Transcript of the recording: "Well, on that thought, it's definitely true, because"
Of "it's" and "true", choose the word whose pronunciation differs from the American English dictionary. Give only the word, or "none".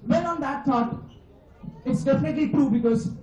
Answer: none